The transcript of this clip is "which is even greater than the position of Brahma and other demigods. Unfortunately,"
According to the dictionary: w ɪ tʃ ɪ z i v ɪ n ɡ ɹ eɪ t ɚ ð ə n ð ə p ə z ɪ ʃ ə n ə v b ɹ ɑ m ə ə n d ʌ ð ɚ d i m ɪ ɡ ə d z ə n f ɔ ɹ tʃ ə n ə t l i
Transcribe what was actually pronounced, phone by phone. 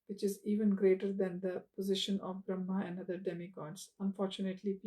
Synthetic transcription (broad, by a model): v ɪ tʃ ɪ z i v ɪ n ɡ ɹ eɪ t ɚ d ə n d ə p ə z ɪ ʃ ə n ə v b ɹ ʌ m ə ə n d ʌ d ɚ d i m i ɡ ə d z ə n f ɔ ɹ tʃ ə n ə t l i